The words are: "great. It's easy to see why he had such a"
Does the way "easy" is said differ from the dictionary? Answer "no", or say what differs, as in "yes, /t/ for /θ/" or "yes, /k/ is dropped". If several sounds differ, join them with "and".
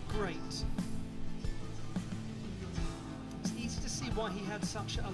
no